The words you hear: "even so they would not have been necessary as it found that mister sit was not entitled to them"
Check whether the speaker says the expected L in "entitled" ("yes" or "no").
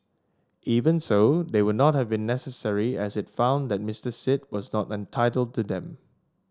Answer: yes